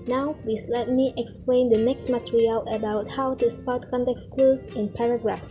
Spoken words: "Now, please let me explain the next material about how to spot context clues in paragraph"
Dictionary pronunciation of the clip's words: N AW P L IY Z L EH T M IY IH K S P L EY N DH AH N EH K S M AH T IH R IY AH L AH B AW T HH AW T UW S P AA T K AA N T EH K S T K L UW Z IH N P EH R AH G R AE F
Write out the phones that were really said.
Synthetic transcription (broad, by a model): N AW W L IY S L EH T M IY IH K S P L EY N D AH N EH K S M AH T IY R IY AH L AH B AW T HH AW T UW S P AA T K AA N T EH K S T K L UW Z IH N P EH R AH G R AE F